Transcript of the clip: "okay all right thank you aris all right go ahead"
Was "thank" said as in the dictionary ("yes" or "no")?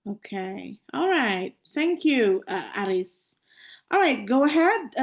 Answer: yes